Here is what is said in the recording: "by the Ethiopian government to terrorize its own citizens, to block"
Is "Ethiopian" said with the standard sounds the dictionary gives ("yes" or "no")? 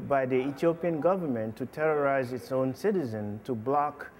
no